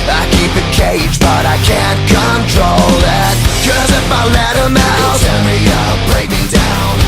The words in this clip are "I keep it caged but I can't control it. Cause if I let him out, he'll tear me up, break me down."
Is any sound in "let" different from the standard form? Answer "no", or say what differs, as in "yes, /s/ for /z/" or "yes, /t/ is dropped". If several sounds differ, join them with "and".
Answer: no